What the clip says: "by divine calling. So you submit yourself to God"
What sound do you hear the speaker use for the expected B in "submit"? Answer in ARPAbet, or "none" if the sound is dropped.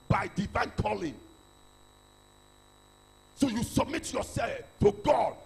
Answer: B